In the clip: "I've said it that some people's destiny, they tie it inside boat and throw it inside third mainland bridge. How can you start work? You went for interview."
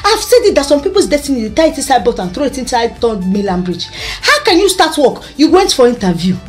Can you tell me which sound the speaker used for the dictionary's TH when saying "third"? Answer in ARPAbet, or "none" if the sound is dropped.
T